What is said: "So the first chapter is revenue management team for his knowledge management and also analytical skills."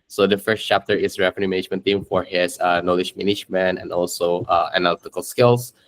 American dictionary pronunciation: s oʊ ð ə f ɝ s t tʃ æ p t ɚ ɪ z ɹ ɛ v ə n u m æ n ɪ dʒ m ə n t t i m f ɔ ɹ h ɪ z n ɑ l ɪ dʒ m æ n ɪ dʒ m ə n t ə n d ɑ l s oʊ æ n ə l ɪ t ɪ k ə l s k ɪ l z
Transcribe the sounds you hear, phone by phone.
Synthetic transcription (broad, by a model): s oʊ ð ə f ɝ s t tʃ æ p t ɚ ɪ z ɹ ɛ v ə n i m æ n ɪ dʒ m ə n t t i m f ɔ ɹ h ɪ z n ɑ l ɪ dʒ m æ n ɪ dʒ m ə n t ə n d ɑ l s oʊ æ n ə l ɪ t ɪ k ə l s k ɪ l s